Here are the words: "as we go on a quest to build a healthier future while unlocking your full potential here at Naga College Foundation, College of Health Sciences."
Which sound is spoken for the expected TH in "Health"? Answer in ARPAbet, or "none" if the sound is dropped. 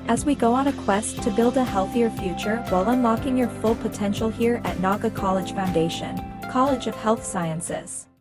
TH